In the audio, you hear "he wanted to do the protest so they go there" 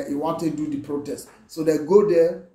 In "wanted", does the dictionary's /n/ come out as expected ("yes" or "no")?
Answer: yes